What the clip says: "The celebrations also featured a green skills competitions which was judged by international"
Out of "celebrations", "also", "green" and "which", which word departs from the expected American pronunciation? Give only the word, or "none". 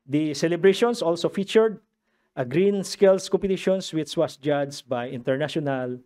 celebrations